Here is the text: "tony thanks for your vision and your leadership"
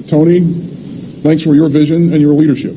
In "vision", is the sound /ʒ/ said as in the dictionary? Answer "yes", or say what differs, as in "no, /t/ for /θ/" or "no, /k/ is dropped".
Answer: yes